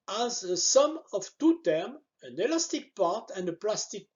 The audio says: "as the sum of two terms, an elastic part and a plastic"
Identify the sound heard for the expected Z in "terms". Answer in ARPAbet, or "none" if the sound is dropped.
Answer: none